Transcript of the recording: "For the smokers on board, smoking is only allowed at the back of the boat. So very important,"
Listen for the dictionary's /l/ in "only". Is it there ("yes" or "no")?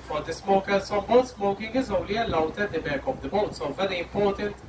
yes